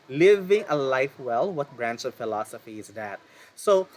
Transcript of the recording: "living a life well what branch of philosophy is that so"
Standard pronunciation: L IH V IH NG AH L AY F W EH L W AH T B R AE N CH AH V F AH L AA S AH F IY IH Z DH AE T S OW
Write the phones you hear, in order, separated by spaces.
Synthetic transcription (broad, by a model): L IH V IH NG AH L AY F W EH L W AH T B R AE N S AH V F AH L AA S AH F IY IH Z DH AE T S OW